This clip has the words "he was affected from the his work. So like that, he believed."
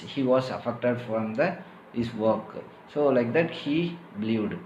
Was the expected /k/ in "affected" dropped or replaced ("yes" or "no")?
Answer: no